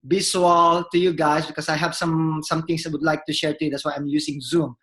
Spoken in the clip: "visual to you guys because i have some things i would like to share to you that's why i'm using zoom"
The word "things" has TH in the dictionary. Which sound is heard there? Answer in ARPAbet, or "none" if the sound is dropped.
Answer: T